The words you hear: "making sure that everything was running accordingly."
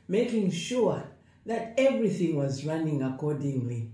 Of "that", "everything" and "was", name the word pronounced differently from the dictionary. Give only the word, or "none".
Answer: none